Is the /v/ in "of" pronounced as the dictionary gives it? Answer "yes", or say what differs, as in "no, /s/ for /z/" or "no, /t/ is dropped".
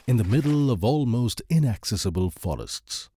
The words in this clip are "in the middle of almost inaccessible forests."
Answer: yes